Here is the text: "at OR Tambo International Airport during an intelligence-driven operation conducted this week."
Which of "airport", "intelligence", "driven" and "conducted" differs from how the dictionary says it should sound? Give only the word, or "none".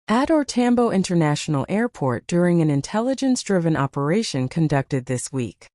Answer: none